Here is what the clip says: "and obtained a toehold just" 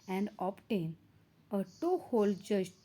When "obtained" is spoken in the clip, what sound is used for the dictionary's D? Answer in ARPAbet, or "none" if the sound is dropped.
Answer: none